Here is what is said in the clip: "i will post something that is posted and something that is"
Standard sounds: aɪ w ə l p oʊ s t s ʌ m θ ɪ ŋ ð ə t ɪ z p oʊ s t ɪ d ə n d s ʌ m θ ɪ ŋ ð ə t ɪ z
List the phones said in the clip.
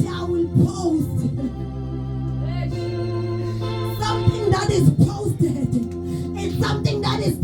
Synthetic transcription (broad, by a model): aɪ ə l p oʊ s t s ʌ m θ ɪ ŋ ð ə t ɪ z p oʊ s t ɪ ə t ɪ s ʌ m θ ɪ ŋ ð ə t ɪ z